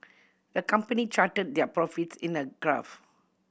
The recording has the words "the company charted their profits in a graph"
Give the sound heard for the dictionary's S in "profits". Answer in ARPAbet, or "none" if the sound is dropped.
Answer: S